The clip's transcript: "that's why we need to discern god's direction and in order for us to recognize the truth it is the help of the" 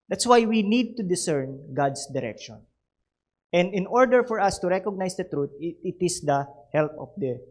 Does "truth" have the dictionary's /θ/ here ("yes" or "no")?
no